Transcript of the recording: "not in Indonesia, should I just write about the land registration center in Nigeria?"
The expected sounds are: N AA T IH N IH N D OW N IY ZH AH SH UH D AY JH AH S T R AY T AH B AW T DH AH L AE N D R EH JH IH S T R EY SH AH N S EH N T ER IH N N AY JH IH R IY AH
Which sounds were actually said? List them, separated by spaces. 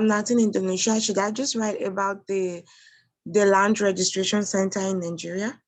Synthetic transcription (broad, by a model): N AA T IH N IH N D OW N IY SH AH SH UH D AY JH AH S T R AY T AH B AW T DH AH L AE N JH R EH JH IH S T R EY SH AH N S EH N T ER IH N N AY JH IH R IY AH